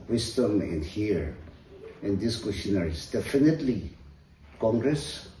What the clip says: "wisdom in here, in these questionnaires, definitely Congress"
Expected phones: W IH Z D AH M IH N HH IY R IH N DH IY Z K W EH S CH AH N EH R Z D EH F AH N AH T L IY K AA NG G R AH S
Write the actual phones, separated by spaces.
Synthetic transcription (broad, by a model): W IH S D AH M IH N HH IY R IH N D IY S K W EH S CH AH N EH R S D EH F AH N AH T L IY K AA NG G R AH S